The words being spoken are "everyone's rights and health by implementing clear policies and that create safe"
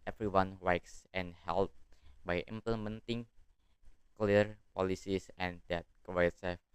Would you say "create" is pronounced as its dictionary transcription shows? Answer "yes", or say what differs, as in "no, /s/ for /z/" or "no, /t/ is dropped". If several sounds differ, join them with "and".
no, /w/ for /ɹ/